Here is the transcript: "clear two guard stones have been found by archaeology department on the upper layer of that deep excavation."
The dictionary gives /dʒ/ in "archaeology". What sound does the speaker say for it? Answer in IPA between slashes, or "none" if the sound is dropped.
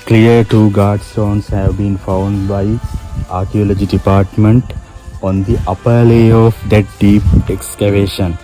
/dʒ/